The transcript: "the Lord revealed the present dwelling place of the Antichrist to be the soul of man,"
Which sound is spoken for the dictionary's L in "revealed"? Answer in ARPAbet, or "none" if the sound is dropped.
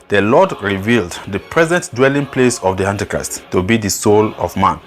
L